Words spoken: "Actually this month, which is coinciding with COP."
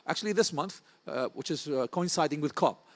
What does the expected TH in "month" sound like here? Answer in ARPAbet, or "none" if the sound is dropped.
TH